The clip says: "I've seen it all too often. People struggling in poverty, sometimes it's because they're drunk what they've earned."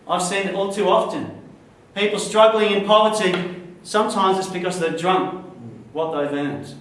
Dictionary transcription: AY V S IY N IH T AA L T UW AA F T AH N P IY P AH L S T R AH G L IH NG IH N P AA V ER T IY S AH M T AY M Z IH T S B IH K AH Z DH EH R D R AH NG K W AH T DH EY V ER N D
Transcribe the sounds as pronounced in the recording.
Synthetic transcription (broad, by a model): AY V S IY N IH T AA L T UW AA F T AH N P IY P L S T R AH G L IH NG IH N P AA V ER T IY S AH M T AY M Z IH T S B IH K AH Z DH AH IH D R AH NG K W AH T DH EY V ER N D